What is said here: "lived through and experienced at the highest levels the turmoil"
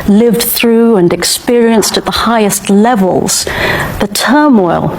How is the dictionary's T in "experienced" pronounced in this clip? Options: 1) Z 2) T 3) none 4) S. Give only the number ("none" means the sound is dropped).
2